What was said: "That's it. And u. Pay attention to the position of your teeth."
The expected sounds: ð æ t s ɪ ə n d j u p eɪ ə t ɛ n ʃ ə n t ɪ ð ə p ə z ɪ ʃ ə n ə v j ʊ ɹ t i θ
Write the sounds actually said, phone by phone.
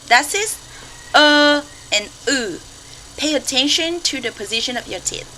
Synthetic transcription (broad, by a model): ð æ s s ɪ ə n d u p eɪ ə t ɛ n ʃ ə n t ɪ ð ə p ə z ɪ ʃ ə n ə v j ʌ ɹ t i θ